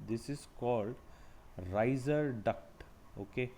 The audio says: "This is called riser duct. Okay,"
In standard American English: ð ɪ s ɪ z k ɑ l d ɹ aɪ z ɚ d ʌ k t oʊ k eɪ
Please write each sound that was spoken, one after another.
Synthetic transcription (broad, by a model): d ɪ s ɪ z k ɑ l d ɹ aɪ z ɚ d ʌ k t oʊ k eɪ